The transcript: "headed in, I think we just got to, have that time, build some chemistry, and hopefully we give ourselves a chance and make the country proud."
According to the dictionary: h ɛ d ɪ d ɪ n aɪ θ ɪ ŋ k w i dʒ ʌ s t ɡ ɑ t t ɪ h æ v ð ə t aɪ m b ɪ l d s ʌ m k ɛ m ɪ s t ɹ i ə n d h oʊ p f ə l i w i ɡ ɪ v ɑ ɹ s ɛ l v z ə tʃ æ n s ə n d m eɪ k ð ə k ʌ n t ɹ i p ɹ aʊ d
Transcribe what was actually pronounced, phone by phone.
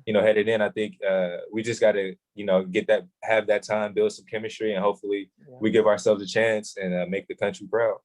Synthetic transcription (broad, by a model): h ɛ d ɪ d ɪ n aɪ θ ɪ ŋ k w i dʒ ʌ s t ɡ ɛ t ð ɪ h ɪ v ð ə t aɪ m b ɪ l d s ʌ m k ɛ m ɪ s t ɹ i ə n h oʊ p f l i w i ɡ ɪ v ɑ ɹ s ɛ l v z ə tʃ æ n s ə n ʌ m eɪ k ð ə k ʌ n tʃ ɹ i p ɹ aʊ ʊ